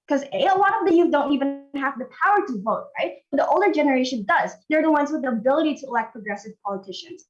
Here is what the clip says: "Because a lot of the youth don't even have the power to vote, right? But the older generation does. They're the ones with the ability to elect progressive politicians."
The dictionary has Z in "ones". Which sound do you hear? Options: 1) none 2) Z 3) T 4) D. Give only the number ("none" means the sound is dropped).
2